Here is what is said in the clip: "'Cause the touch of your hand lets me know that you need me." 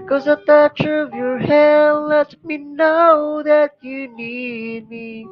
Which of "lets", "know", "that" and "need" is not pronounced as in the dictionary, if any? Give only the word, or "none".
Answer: lets